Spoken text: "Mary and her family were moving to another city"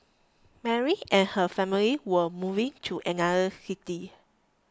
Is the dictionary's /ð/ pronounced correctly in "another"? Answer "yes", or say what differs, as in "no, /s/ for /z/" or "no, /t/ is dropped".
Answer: no, /ð/ is dropped